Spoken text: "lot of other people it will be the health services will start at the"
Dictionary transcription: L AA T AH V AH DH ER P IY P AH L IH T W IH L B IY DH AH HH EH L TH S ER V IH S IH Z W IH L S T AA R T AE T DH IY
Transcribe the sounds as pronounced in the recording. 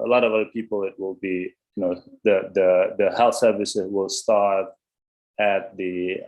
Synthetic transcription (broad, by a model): L AA T AH V AH DH ER P IY P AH L IH T W IH L B IY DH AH HH EH L TH S ER V IH S IH Z W IH L S T AA R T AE T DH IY